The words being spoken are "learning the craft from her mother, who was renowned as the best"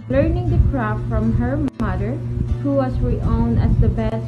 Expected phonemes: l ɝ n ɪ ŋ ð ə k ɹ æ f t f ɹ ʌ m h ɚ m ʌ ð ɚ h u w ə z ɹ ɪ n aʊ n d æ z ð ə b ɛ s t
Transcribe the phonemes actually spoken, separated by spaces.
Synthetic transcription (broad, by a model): l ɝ n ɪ ŋ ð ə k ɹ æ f f ɹ ʌ m h ɚ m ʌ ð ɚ h u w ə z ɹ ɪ ɔ n æ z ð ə b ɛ s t